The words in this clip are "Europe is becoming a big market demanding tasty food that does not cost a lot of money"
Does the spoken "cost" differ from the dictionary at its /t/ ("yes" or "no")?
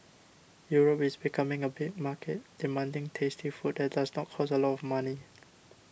yes